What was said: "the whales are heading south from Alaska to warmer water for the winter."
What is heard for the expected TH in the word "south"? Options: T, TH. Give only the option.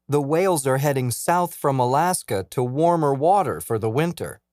TH